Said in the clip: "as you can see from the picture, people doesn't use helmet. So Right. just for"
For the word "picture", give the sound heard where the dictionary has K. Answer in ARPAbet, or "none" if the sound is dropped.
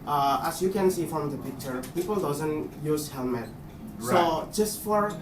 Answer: K